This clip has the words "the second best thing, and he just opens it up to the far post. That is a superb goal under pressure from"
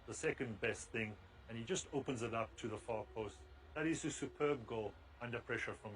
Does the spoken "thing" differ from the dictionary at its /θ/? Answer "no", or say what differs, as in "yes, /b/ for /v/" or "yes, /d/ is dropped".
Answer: no